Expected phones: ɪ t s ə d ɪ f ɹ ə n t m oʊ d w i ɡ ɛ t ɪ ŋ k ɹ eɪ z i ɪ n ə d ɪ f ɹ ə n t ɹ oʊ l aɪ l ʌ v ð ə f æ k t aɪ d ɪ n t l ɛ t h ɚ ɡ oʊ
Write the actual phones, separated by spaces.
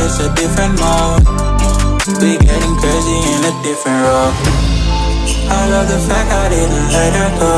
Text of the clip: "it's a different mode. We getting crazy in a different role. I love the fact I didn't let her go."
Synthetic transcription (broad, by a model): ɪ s ə d ɪ f ɹ ə n t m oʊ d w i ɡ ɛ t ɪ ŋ k ɹ eɪ z i ɪ n ə d ɪ f ɹ ə n t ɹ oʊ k aɪ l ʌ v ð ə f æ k aɪ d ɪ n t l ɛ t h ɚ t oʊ